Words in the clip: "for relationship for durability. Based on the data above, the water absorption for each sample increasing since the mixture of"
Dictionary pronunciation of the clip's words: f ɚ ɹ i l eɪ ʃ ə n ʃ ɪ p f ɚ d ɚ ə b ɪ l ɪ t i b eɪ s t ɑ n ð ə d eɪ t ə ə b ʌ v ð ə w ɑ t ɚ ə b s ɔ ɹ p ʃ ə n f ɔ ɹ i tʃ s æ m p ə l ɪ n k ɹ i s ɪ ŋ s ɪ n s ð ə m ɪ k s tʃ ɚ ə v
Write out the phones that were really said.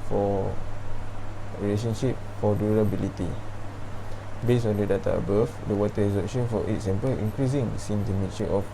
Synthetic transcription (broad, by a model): f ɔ ɹ i l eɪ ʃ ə n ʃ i p f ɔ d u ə b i l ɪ t i b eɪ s ɑ n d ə d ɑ t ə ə b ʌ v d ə w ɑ t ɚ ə s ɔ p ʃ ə n f ɔ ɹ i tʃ s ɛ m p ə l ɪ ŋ k ɹ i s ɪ ŋ s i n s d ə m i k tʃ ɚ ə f